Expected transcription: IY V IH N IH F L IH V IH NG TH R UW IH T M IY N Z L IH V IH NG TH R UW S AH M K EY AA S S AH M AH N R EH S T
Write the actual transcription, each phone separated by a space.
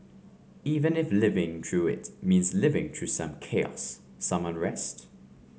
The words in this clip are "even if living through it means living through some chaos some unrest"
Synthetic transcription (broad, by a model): IY V IH N IH F L IH V IH NG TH R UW IH T M IY N Z L IH V IH NG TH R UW S AH M K EY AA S S AH M AH N R EH S T